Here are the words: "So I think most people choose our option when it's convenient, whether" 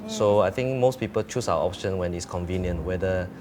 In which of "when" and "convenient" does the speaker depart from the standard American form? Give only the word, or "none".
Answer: none